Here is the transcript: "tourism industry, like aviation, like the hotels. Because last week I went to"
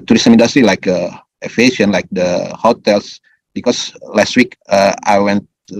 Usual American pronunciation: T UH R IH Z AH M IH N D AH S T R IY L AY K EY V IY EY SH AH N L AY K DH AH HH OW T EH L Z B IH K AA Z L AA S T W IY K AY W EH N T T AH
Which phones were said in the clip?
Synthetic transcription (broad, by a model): T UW R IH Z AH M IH N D S T R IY L AY K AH IY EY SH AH N L AY K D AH HH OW T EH L S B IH K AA S L AA S T W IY K AY W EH N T T